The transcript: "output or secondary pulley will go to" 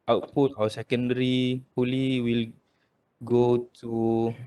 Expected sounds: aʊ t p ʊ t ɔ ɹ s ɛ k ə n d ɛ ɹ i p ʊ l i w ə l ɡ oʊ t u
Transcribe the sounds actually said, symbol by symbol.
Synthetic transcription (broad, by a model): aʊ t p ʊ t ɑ w s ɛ k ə n d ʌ ɹ i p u l i w ə l ɡ oʊ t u